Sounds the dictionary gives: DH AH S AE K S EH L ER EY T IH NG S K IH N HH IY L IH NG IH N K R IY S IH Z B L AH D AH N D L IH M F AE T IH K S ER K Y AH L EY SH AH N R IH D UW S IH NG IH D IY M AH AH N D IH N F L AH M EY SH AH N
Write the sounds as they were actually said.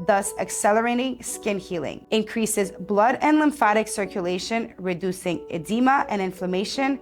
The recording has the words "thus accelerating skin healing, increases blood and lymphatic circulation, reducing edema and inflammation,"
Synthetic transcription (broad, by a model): DH AH S AE K S EH L ER EY T IH NG S K IH N HH IY L IH NG IH N K R IY S IH Z B L AH D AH N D L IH M F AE T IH K S ER K Y AH L EY SH AH N R IH D UW S IH NG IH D IY M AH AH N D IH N F L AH M EY SH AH N